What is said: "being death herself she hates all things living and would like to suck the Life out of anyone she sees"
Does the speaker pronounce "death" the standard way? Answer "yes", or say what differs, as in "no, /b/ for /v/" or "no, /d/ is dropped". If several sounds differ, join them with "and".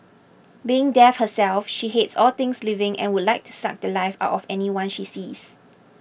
no, /f/ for /θ/